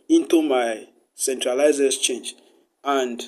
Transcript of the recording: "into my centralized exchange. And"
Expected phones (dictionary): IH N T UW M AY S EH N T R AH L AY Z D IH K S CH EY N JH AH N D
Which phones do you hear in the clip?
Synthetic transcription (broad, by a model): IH N T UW M AY S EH N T R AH L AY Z IH S CH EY N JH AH N D